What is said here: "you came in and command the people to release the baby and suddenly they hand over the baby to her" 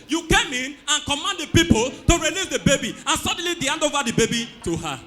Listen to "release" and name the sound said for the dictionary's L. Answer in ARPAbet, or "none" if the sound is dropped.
N